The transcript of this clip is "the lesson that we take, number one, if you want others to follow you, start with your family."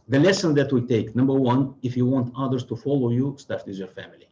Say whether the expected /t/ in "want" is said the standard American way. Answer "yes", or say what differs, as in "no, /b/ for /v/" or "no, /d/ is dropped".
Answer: yes